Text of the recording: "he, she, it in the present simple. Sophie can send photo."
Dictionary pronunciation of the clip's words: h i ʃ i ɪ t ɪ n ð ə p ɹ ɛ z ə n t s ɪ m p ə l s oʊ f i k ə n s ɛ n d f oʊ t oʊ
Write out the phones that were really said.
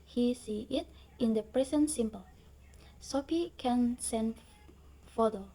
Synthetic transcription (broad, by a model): h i s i ɪ t ɪ n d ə p ɹ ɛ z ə n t s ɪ m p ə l s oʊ p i k ə n s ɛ n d f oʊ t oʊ